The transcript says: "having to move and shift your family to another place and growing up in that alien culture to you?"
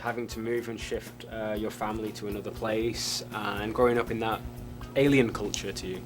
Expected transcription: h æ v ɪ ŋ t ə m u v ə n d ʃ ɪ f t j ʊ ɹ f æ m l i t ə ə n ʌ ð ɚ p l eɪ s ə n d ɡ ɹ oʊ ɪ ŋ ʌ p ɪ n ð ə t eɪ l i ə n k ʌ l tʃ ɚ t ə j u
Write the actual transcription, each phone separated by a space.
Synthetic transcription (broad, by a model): h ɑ v ɪ ŋ t ə m u v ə n ʃ ɪ f t j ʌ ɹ f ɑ m l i t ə ə n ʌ ð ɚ p l eɪ s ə n ɡ ɹ oʊ ɪ ŋ ʌ p ɪ n ð ə t eɪ l i ə n k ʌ l tʃ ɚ t ə j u